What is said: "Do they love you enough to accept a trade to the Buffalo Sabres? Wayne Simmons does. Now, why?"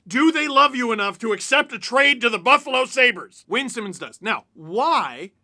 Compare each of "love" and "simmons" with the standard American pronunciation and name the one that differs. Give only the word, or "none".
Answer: none